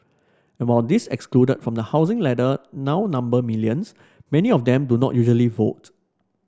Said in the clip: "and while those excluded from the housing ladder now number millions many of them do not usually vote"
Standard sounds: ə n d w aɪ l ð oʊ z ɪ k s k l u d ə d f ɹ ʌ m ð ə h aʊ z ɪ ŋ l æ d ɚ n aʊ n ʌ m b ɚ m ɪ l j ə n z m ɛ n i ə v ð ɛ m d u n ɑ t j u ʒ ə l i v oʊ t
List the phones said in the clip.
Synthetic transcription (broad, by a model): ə n w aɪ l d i s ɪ k s k l u d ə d f ɹ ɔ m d ə h aʊ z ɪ ŋ l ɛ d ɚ n aʊ n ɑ m b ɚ m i l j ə n s m ɛ n i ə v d ɛ m d u n ɑ t j u ʒ ə l i v oʊ t